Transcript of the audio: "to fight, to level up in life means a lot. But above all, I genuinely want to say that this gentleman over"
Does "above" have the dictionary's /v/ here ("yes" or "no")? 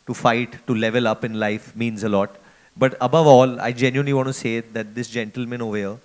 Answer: yes